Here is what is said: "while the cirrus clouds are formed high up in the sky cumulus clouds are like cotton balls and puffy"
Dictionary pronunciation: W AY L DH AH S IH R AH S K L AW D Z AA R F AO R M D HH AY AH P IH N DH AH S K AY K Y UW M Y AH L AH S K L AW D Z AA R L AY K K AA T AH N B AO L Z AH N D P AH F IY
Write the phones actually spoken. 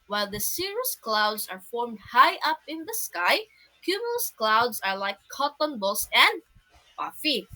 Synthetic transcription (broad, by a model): W AY L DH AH S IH R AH S K L AW D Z AA R F AO R M D HH AY AH P IH N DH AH S K AY K Y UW M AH L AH S K L AW D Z AA R L AY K K AA T AH N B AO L S AH N D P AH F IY